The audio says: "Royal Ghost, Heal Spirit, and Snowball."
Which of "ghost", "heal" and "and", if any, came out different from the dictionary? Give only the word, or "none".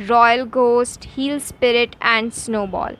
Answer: none